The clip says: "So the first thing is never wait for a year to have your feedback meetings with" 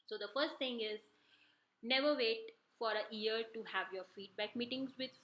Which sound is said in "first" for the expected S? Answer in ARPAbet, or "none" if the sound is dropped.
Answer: S